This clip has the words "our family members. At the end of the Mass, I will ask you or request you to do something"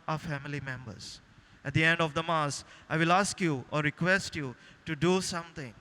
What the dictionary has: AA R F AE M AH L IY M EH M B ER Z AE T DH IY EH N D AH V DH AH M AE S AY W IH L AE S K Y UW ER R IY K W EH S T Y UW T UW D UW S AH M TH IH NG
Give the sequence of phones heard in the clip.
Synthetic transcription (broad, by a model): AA F AE M AH L IY M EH M B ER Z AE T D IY EH N D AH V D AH M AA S AY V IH L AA S K Y UW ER R IY K W EH S T Y UW T UW D UW S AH M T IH NG